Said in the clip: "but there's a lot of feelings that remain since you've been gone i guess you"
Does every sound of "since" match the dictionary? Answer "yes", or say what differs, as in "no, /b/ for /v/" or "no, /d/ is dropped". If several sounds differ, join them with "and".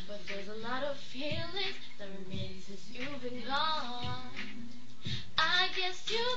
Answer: no, /n/ is dropped